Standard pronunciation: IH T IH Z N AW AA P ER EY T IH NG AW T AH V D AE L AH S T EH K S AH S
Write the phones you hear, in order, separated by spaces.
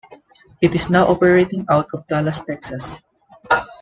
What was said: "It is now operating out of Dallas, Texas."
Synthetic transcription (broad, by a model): IH T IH S N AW AA P ER EY T IH NG AW T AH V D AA L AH S T EH K S AH S